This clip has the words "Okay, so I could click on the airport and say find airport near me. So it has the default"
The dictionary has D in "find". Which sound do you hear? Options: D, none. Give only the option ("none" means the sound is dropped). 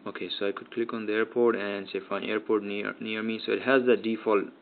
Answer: none